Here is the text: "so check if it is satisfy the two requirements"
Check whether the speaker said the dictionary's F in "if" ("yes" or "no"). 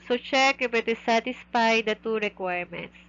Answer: no